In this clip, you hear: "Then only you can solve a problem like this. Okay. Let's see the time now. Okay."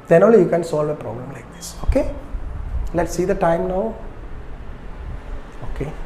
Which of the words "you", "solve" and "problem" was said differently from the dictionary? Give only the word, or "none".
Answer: none